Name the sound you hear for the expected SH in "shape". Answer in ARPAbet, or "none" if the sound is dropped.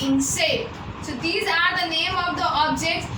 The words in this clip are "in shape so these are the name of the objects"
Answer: S